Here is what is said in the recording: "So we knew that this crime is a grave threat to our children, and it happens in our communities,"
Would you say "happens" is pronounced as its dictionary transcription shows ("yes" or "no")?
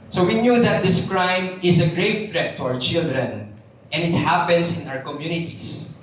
no